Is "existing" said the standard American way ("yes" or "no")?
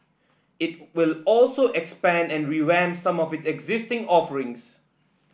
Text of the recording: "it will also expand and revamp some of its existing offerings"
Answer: yes